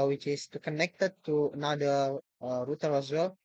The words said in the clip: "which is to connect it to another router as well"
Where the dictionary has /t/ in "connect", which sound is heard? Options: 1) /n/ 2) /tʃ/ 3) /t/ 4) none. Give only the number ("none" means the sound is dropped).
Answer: 3